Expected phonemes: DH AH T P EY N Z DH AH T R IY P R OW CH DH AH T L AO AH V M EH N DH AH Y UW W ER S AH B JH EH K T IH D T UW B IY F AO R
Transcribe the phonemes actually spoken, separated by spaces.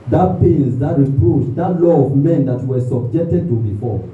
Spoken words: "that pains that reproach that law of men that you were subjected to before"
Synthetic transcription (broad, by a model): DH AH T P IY L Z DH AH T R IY P R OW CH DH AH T L AO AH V M EH N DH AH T W ER S AH B JH EH K T IH D T UW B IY F AO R